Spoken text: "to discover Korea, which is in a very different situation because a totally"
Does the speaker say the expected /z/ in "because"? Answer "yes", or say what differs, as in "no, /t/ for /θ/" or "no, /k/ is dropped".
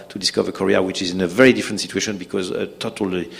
yes